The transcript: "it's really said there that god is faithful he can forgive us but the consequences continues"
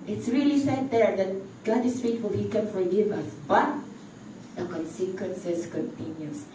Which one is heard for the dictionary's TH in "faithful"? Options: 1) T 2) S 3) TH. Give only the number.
1